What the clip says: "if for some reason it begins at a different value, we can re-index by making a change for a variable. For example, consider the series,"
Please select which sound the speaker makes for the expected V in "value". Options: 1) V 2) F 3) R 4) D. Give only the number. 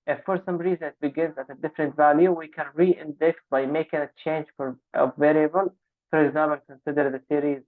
1